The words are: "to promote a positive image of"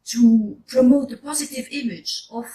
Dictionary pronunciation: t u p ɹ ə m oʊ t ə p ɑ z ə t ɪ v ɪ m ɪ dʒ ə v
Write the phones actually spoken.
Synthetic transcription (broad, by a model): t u p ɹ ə m oʊ t ə p ɑ z ə t ɪ v ɪ m ɪ dʒ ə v